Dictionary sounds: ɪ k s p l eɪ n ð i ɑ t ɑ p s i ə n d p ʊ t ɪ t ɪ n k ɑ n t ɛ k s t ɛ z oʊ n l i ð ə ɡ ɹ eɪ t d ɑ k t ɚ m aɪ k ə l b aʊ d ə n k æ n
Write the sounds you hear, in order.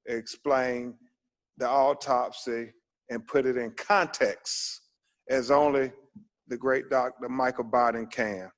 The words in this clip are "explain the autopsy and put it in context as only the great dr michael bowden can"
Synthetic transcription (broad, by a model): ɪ k s p l eɪ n ð i ɑ t ɑ p s i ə n p ʊ t ɪ t ɪ n k ɑ n t ɛ k s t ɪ z oʊ n l i ð ə ɡ ɹ eɪ t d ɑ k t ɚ m aɪ k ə b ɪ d n k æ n